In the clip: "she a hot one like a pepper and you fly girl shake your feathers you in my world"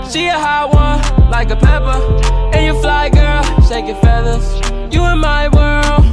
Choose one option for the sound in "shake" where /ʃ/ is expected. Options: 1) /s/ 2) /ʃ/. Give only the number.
1